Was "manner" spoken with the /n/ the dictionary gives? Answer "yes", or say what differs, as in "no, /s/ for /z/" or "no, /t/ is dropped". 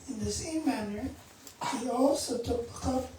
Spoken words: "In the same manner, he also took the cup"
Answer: yes